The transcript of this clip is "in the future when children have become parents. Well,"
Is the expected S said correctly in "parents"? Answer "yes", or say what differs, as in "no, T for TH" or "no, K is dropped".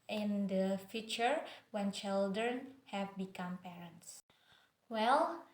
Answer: yes